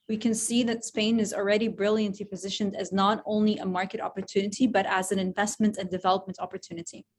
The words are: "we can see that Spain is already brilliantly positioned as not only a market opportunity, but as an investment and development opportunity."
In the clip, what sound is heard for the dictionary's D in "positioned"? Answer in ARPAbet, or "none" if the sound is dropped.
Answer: D